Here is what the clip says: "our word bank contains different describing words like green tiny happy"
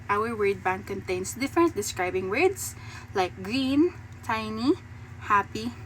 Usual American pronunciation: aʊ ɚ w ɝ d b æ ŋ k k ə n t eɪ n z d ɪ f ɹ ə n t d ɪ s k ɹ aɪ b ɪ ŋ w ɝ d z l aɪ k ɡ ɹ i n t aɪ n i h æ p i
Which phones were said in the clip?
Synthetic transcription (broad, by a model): aʊ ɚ w ɝ d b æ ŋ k k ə n t eɪ n s d ɪ f ɹ ə n t d ɪ s k ɹ aɪ b ɪ ŋ w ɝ d s l aɪ k ɡ ɹ i n t aɪ n i h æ p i